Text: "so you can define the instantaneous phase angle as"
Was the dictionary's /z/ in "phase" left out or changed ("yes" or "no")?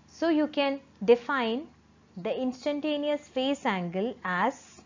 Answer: yes